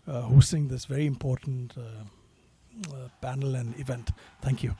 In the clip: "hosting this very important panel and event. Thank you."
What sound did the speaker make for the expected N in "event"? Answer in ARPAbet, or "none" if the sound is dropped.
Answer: N